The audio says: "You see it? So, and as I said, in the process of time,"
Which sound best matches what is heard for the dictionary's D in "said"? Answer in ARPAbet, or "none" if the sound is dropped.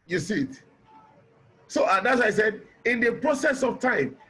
D